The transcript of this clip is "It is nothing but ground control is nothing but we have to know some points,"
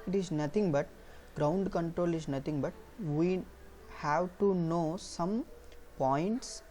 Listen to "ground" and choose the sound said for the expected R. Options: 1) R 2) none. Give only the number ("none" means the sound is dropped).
1